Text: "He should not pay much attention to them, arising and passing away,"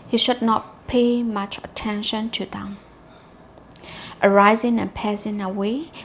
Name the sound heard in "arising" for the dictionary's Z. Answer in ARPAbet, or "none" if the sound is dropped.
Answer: Z